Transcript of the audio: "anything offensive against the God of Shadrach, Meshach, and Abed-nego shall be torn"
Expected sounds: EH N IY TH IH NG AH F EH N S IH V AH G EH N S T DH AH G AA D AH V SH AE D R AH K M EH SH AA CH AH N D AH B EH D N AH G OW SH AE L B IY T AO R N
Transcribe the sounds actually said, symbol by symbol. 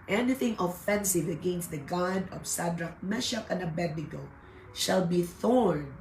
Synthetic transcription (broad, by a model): EH N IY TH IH NG AH F EH N S IH V AH G EH N S T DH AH G AA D AH V S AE D R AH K M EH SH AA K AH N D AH B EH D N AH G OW SH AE L B IY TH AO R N